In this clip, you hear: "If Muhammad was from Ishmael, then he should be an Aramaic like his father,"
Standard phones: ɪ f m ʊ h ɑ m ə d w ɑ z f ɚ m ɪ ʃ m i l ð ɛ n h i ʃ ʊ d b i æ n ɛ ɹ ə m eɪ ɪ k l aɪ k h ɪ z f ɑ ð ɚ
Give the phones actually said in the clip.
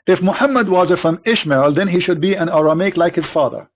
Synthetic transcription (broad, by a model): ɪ f m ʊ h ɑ m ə d w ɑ z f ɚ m ɪ ʃ m i l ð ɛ n h i ʃ ʊ d b i æ n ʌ ɹ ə m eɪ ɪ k l aɪ k h ɪ z f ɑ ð ɚ